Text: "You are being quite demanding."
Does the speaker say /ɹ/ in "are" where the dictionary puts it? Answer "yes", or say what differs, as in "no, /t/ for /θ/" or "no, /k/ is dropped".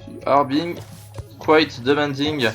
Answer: yes